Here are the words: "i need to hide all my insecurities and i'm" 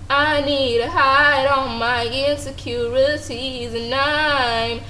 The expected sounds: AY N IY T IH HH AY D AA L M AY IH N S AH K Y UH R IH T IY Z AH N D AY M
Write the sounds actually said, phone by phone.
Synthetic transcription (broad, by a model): AY N IY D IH HH AY D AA N M AY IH N S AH K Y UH R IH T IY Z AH N AY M